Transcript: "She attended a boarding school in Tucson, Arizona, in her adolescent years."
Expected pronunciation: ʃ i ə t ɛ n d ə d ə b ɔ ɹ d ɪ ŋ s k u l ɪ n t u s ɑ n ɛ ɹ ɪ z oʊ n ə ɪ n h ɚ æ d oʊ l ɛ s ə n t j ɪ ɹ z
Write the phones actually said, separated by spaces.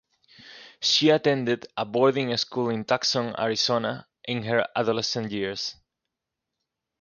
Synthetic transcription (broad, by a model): ʃ i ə t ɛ n d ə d ə b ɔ ɹ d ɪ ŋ s k u l ɪ n t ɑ s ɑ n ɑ ɹ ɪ s oʊ n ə ɪ n h ɚ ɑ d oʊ l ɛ s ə n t j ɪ ɹ s